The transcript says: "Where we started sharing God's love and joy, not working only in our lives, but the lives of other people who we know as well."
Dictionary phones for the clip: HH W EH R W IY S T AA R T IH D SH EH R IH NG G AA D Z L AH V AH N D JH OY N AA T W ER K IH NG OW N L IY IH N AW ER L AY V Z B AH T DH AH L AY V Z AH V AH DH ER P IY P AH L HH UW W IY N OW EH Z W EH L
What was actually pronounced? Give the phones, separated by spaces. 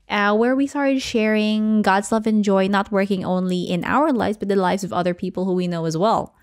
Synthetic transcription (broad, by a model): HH W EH R W IY S T AA R T IH D SH EH R IH NG G AA D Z L AH V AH N JH OY N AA T W ER K IH NG OW N L IY IH N AW ER L AY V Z B AH T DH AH L AY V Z AH V AH DH ER P IY P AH L HH UW W IY N OW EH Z W EH L